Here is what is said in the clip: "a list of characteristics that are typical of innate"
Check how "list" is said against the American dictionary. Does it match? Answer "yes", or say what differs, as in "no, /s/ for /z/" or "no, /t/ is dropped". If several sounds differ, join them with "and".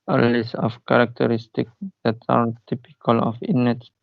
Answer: no, /t/ is dropped